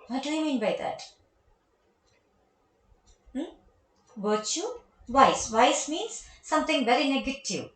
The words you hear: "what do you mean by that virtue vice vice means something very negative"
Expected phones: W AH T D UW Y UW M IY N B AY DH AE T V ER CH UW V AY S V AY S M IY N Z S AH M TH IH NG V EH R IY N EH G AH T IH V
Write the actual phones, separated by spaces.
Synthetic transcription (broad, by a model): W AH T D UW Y M IY N B AY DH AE T B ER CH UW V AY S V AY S M IY N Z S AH M T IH NG V EH R IY N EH G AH T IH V